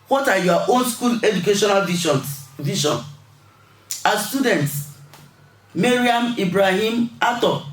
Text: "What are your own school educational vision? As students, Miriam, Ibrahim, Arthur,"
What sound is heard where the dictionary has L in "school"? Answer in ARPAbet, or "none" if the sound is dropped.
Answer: L